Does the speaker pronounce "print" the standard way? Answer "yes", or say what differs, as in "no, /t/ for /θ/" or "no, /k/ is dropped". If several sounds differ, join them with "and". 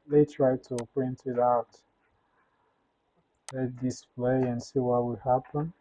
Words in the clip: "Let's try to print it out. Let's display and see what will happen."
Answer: yes